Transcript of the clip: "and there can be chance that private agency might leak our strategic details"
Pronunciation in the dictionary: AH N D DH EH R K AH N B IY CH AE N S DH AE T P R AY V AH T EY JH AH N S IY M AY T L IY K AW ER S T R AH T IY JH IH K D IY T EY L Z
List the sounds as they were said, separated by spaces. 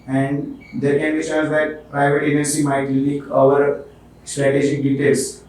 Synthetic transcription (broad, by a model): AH N D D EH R K AH N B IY SH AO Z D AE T P R AY V AH T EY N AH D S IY M AY T L IY K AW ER S T R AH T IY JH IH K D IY T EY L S